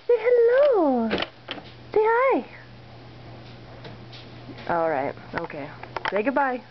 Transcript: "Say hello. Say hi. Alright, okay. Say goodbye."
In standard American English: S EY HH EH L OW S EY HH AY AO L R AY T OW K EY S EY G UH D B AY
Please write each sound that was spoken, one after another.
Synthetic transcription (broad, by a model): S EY HH EH L OW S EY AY AO L R AY T OW K EY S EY G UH D B AY